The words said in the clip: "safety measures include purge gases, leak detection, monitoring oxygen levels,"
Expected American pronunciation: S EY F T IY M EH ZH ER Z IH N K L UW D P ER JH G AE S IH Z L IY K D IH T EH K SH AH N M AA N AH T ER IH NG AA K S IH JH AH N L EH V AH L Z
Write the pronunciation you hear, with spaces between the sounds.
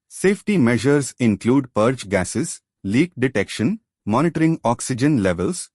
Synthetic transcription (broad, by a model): S EY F T IY M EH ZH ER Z IH N K L UW D P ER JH G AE S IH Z L IY K D IH T EH K SH AH N M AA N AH T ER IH NG AA K S IH JH AH N L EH V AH L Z